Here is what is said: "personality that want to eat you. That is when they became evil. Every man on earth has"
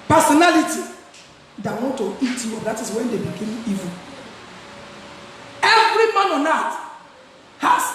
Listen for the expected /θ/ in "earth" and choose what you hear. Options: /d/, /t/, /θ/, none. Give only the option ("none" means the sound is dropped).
/t/